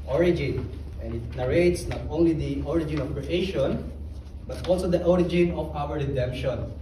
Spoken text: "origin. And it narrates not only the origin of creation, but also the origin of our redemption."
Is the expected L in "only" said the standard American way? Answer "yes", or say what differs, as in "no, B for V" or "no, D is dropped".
yes